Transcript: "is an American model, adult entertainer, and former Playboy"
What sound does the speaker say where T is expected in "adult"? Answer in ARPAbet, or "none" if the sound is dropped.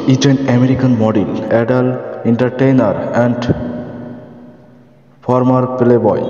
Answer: none